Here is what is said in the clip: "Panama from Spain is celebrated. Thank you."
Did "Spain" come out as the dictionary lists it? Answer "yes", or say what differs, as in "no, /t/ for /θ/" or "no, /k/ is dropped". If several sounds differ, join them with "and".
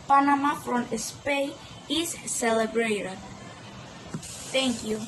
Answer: no, /n/ is dropped